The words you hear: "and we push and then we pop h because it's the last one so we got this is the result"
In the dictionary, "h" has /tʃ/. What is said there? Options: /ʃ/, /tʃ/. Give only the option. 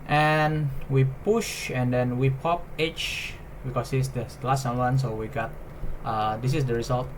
/tʃ/